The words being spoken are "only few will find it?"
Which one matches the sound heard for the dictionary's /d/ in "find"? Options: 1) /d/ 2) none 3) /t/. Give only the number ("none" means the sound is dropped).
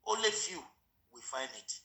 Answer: 2